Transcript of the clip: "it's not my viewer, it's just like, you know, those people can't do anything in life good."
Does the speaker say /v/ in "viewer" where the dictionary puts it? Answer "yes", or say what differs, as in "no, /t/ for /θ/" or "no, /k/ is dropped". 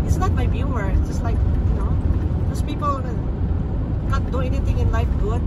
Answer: no, /b/ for /v/